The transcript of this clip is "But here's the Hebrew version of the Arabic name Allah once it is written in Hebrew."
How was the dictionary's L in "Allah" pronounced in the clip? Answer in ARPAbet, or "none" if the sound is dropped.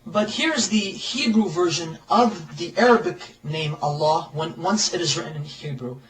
W